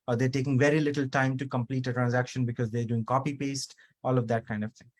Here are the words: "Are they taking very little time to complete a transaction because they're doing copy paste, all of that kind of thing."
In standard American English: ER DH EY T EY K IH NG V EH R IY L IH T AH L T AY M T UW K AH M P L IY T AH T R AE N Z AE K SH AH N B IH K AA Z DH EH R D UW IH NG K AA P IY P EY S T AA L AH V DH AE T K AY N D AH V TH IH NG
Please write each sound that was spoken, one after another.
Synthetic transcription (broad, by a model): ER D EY T EY K IH NG V EH R IY L IH T L T AY M T UW K AH M P L IY T AH T R AE N Z AE K SH AH N B IH K AA Z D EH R D UW IH NG K AA P IY P EY S T AA L AH V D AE T K AY N D AH V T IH NG